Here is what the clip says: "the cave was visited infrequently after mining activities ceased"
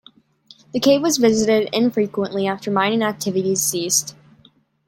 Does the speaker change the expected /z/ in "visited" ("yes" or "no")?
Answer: no